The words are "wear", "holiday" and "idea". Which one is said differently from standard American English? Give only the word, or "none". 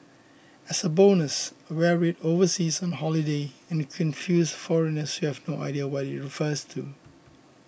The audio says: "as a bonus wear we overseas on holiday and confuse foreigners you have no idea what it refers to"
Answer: none